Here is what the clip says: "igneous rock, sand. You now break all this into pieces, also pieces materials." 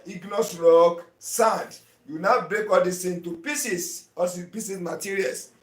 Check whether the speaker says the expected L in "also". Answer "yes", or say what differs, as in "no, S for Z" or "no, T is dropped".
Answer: no, L is dropped